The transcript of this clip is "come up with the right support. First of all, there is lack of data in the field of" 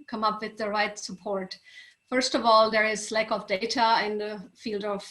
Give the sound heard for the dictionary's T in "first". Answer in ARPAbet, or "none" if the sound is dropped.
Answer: T